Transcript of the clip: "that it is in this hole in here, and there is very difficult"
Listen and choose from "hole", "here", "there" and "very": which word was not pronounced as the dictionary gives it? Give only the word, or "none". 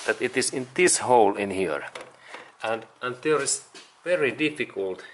there